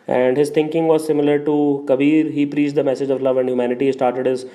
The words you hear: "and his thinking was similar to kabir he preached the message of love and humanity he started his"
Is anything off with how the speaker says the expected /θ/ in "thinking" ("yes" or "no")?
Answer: yes